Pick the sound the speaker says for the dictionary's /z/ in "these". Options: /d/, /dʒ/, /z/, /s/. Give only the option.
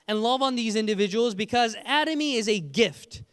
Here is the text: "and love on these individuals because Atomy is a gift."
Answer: /z/